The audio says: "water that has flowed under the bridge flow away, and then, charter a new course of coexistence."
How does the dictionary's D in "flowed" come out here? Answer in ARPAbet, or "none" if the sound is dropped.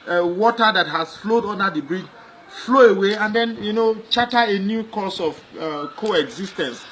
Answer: D